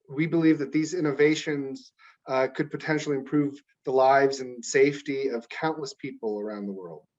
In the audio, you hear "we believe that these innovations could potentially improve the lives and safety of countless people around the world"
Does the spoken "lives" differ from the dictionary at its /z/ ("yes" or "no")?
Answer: no